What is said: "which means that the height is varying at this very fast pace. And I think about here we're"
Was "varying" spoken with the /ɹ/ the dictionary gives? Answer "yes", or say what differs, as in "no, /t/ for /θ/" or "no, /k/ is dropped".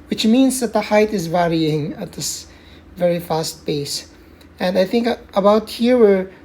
yes